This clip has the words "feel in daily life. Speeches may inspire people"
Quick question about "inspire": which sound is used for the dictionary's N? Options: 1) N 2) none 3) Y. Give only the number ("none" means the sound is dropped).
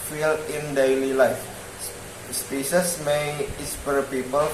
2